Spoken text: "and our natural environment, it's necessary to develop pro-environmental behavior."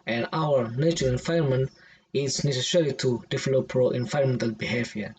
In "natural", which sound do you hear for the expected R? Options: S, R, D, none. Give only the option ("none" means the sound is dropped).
none